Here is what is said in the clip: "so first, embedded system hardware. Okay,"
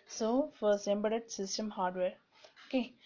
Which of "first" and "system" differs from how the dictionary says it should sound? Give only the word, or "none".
first